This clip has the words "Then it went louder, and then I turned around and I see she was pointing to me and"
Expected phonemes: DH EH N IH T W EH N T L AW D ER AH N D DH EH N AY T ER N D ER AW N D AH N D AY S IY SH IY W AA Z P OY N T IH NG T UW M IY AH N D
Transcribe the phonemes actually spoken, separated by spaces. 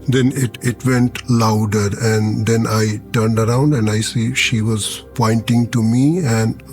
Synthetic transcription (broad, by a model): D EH N IH T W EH N T L AW D ER AH N D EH N AY T ER N D ER AW N D AH N D AY S IY SH IY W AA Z P OY N T IH NG T UW M IY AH N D